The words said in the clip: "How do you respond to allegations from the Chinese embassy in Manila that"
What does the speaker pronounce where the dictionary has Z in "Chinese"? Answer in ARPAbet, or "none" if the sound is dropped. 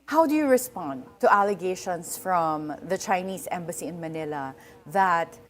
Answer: S